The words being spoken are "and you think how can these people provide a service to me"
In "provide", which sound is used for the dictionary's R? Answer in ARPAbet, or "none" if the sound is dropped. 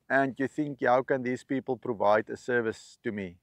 R